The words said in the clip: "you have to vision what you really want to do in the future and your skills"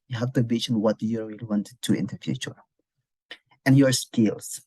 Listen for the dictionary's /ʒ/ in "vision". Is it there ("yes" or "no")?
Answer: no